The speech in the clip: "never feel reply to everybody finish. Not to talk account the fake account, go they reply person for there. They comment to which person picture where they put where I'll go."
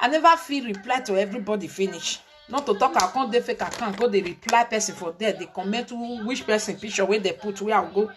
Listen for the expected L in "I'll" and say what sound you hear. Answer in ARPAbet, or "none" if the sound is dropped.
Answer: W